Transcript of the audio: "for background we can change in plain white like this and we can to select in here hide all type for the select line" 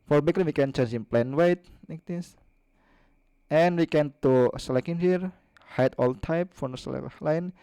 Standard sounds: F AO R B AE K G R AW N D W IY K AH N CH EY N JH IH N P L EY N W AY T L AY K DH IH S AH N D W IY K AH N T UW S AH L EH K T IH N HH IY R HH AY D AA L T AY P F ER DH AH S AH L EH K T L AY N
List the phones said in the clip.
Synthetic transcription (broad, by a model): F AO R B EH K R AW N W IY K AH N CH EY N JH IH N P L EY N W AY T N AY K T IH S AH N W IY K AH N T UW S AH L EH K IH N HH IY R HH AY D AA L T AY P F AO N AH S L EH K L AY N